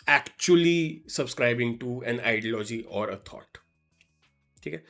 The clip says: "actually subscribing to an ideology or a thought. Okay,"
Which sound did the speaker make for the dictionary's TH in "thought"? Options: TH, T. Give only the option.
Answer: T